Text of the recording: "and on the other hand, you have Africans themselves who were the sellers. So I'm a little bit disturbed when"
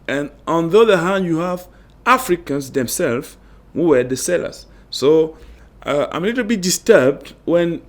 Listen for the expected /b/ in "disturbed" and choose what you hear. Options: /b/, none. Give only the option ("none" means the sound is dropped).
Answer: /b/